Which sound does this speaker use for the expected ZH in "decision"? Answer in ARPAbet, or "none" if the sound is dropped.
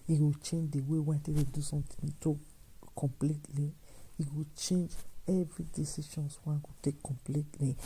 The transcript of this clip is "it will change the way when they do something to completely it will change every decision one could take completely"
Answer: SH